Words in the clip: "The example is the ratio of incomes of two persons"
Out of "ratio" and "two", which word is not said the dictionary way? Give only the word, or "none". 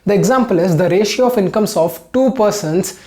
none